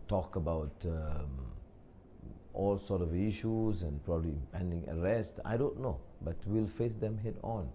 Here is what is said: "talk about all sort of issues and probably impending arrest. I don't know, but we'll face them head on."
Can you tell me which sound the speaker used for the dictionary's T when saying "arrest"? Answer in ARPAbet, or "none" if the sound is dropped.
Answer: T